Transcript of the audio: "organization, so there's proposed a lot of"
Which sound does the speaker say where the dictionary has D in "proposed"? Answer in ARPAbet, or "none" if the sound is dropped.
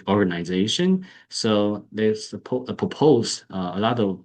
none